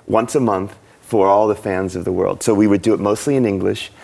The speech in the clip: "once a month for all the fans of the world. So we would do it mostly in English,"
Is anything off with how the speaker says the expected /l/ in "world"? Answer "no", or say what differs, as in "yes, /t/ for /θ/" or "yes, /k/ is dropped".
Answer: no